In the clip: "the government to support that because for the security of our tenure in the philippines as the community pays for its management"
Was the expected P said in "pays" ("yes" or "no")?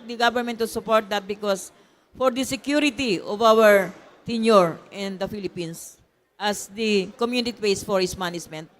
no